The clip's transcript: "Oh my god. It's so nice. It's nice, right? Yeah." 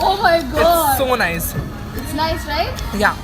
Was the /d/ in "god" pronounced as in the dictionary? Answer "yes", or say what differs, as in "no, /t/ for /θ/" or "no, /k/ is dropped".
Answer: no, /d/ is dropped